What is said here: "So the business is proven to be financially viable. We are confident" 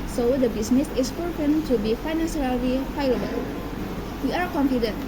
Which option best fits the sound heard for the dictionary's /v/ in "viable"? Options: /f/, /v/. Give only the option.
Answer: /f/